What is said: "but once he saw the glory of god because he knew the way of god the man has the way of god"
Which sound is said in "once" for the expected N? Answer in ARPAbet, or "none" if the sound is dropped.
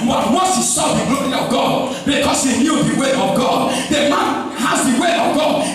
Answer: none